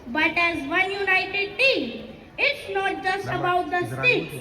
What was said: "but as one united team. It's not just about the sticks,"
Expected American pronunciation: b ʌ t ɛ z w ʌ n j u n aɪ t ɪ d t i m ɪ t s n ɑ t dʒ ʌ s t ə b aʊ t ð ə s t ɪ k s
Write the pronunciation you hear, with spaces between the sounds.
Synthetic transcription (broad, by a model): b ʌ t ɛ z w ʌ n j u n aɪ t ɪ d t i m ɪ t s n ɑ t dʒ ʌ s t ə b aʊ t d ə s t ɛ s